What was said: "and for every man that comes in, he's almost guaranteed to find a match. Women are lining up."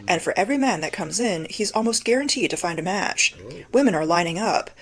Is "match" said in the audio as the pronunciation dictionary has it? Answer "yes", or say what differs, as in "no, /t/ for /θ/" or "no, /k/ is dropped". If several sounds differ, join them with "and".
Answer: yes